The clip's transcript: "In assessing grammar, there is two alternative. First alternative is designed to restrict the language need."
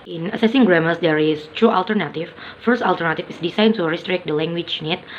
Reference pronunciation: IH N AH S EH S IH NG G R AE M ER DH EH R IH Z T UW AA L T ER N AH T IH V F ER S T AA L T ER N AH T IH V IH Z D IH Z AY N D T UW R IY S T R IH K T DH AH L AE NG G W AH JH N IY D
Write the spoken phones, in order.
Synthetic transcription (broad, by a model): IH N AH S EH S IH NG G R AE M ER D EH R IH S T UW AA L T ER N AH T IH F F ER S T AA L T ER N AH T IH F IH S D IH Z AY N T UW R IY S T R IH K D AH L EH NG G W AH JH N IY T